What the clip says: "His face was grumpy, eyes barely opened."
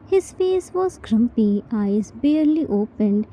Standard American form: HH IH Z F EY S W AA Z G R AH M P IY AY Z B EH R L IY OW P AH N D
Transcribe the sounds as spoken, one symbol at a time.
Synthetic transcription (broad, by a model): HH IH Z F EY S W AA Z G R AH M P IY AY Z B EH R L IY OW P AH N D